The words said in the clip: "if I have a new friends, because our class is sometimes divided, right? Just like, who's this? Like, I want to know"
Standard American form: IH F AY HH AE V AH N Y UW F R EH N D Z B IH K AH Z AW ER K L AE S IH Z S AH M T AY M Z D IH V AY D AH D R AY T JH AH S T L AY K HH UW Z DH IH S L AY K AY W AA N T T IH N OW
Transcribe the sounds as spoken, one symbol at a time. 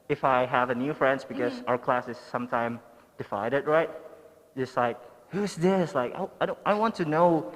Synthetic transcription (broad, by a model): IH F AY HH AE V AH N Y UW F R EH N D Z B IH K AH Z AW ER K L AE S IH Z S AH M T AY M D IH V AY D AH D R AY T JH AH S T L AY K HH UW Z DH IH S L AY K AY W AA N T T IH N OW